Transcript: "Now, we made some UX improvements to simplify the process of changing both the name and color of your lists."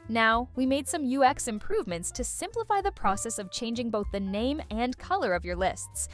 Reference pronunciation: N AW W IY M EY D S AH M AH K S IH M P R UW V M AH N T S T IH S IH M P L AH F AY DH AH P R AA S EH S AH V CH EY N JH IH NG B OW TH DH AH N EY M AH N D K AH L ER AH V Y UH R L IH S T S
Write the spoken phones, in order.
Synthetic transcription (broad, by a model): N AW W IY M EY D S AH M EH K S IH M P R UW V M AH N T S T IH S IH M P L AH F AY DH AH P R AA S EH S AH V CH EY N JH IH NG B OW TH DH AH N EY M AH N K AH L ER AH V Y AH R L IH S T S